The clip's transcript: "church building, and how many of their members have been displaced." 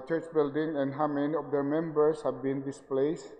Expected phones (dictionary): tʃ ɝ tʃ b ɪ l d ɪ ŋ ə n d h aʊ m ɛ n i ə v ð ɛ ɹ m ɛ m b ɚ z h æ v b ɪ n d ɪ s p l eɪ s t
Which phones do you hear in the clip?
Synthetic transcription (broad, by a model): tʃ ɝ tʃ b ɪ l d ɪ ŋ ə n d h aʊ m ɛ n i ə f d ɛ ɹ m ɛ m b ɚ s h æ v b ɪ n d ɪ s p l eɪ s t